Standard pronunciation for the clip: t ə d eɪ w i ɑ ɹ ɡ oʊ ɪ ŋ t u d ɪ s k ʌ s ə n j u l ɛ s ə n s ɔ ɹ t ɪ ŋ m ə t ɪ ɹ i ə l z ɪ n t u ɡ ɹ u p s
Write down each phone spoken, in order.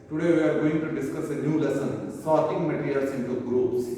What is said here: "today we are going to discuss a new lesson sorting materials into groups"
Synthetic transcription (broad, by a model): t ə d eɪ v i ɑ ɹ ɡ oʊ ɪ ŋ t u d ɪ s k ʌ s ə n j u l ɛ s ə n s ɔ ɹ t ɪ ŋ m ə t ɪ ɹ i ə l s ɪ n t u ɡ ɹ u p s